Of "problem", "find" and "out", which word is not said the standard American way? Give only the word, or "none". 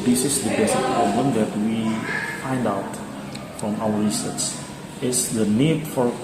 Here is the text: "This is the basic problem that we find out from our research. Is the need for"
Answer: none